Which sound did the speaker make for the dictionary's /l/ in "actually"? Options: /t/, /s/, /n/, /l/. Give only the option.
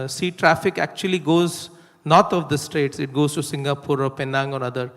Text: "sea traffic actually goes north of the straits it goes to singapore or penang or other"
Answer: /l/